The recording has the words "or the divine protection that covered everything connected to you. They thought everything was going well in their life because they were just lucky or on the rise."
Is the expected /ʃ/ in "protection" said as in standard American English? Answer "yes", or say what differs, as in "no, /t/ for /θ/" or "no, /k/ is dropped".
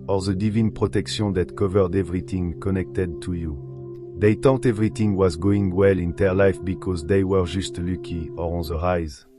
no, /s/ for /ʃ/